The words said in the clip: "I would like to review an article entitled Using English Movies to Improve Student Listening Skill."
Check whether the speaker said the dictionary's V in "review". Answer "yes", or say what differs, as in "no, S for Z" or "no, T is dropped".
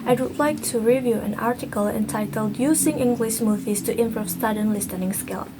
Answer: yes